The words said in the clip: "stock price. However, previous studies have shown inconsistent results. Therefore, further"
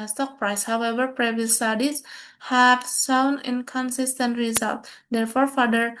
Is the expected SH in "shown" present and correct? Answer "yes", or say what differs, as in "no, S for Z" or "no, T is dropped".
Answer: no, S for SH